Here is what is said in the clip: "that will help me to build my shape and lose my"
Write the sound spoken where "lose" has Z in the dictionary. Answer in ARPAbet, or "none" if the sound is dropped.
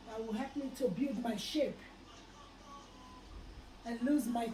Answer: Z